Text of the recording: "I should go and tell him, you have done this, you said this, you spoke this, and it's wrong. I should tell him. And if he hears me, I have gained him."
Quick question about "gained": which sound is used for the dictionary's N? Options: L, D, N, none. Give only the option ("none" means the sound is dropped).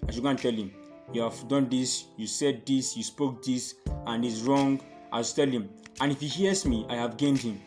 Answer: N